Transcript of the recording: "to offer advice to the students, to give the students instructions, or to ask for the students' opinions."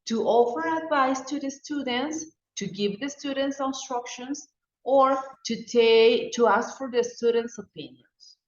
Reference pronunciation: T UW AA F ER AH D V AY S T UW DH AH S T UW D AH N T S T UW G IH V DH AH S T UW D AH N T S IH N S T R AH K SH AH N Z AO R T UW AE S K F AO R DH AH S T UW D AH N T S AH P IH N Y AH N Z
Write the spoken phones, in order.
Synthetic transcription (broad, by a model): T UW AA F ER AH D V AY S T UW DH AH S T UW D AH N T S T UW G IH V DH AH S T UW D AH N T S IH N S T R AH K SH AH N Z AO R T UW AE S K F AO R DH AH S T UW D AH N T S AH P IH N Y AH N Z